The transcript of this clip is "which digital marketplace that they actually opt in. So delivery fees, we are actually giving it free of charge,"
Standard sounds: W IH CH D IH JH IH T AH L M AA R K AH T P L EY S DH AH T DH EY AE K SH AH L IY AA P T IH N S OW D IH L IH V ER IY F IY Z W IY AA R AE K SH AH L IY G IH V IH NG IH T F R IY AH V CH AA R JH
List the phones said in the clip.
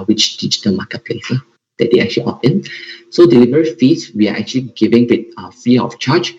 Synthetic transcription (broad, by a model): W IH CH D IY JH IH T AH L M AA K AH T P L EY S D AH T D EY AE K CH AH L IY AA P IH N S OW D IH L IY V ER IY F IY S W IY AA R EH K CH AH L IY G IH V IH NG IH T F IY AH F CH AA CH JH